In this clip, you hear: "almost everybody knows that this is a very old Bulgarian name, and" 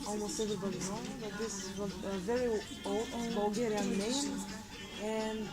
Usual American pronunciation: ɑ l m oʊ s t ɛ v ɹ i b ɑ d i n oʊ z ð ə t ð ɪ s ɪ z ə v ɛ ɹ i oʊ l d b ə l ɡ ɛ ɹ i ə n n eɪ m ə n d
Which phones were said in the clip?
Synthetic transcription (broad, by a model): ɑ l m oʊ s t ɛ v ɹ i b ɑ d i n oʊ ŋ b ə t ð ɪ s ɪ z ə v ɛ ɹ i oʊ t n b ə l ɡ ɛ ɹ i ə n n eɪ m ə n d